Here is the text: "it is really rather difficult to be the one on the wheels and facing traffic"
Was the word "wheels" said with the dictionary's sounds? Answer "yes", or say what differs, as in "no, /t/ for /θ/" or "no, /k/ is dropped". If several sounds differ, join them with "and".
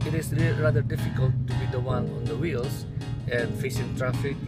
no, /s/ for /z/